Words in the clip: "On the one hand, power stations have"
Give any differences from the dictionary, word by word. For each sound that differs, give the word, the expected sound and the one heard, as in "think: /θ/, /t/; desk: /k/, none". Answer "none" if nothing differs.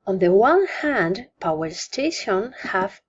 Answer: stations: /z/, none